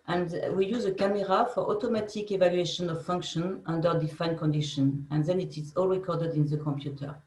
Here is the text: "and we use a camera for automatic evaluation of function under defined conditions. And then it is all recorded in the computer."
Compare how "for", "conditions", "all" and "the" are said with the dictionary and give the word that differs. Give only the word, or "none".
conditions